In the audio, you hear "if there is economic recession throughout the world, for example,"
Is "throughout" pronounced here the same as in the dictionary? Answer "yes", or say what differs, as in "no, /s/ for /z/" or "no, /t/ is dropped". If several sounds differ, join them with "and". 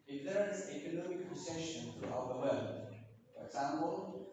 no, /t/ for /θ/